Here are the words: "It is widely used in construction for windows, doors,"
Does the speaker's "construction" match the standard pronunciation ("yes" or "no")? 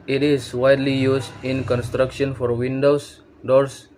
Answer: yes